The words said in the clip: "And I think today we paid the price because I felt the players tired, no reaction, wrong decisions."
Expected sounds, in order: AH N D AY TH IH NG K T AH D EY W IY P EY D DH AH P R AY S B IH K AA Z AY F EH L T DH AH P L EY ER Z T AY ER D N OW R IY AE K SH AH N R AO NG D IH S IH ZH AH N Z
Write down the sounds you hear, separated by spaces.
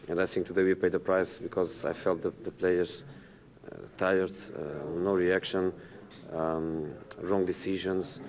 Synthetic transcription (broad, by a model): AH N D AY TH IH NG K T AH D EY W IY P EY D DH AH P R AY S B IH K AA Z AY F EH L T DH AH P L EY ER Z T AY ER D N OW R IY AE K SH AH N R AO NG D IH S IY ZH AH N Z